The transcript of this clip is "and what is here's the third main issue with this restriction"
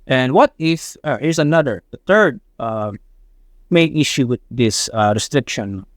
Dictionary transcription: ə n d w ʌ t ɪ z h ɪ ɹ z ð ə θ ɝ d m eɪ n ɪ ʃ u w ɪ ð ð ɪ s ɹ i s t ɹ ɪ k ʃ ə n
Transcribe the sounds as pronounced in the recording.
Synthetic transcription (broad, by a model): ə n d w ʌ t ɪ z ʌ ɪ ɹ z ð ə θ ɝ d m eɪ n ɪ ʃ u w ɪ ð ð ɪ s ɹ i s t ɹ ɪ k ʃ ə n